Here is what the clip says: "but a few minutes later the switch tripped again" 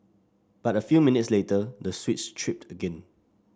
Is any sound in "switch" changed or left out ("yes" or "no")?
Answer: yes